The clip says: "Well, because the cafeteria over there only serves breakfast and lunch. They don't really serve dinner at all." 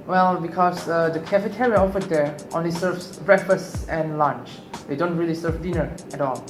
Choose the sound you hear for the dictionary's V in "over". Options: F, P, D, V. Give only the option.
F